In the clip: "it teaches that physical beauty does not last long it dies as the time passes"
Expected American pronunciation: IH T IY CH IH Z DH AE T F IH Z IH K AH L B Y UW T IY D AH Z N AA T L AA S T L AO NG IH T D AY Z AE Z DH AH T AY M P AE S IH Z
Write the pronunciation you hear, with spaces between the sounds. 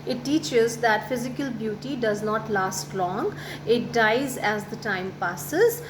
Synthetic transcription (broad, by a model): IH T IY CH IH Z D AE T F IH Z IH K AH L B Y UW T IY D AH Z N AA T L AA S T L AO NG IH T D AY Z AE Z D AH T AY M P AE S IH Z